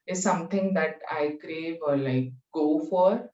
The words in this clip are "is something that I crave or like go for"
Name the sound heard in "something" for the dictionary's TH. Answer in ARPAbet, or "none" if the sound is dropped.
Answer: T